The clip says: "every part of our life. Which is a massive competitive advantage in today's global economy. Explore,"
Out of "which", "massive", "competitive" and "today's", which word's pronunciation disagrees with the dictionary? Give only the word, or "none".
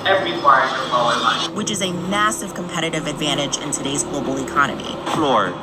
none